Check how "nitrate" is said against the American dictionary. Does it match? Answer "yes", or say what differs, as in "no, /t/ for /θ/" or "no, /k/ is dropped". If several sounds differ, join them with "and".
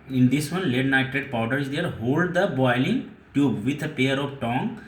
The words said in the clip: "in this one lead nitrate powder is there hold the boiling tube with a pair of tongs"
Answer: no, /ɹ/ is dropped